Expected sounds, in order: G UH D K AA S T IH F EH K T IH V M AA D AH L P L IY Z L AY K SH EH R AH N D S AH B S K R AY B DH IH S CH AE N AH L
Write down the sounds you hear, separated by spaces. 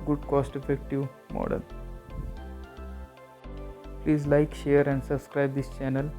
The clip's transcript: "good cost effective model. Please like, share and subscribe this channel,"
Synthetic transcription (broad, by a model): G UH D K AA S T IH F EH K T IH V M AA D AH L P L IY Z L AY K SH EH R AH N D S AH B S K R AY B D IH S CH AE N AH L